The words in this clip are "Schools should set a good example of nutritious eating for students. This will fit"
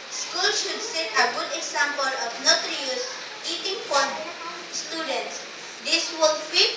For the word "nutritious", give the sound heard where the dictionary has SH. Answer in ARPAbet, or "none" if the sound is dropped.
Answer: none